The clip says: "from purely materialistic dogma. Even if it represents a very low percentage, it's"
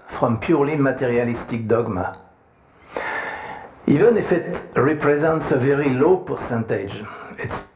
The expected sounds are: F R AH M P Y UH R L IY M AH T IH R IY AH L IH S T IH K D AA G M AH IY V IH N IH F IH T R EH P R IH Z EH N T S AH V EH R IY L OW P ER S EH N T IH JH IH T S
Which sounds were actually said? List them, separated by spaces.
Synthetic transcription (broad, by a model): F R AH M P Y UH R L IY M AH T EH R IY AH L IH S T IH K D AA G M AH IY V IH N IH F IH T R EH P R IH Z EH N T S AH V EH R IY L OW P ER S EH N T IH JH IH T S